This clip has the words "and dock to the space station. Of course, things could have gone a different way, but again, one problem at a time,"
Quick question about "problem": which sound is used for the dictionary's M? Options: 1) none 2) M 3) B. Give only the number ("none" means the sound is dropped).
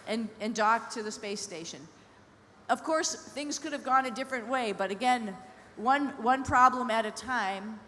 2